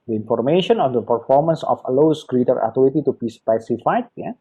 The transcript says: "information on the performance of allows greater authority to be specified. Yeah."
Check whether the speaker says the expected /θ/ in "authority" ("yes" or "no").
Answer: no